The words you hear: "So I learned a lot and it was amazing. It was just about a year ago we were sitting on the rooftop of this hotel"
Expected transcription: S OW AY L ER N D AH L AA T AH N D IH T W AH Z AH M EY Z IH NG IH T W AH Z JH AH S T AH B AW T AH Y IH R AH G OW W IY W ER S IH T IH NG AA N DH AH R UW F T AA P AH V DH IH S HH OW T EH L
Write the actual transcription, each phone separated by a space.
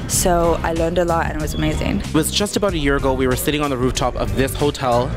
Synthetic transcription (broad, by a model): S OW AY L ER N D AH L AA T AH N IH T W AH Z AH M EY Z IH NG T W AH Z JH AH S T AH B AW T AH Y IH R AH G OW W IY W ER S IH T IH NG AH N DH AH R UW F T AA P AH V DH IH S HH OW T EH L